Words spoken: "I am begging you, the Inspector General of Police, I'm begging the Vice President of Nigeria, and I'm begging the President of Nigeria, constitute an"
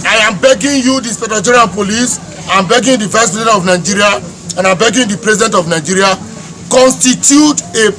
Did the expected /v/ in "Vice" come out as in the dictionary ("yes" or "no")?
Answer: yes